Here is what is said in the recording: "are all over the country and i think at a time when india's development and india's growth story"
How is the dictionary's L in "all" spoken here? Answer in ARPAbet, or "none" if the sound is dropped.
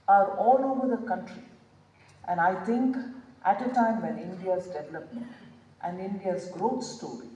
L